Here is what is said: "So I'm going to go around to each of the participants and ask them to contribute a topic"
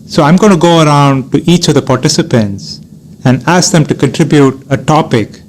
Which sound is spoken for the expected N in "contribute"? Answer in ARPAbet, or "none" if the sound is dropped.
N